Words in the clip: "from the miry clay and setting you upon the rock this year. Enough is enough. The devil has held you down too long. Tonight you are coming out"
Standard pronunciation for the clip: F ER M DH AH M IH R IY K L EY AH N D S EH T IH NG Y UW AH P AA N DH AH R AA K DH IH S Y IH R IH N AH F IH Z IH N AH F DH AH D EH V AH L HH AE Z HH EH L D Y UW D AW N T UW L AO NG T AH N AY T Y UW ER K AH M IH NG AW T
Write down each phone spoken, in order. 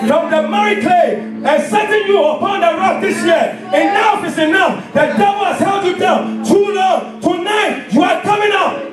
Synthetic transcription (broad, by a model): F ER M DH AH M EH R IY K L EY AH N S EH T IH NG Y UW AH P AA N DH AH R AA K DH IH S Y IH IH N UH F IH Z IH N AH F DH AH D EH V AH L HH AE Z HH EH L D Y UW D AW N T UW N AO T AH N AY T Y UW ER K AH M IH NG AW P